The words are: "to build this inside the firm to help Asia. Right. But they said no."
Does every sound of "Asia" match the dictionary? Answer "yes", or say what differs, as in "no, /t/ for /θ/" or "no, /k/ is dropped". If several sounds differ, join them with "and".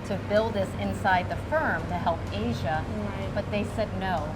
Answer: yes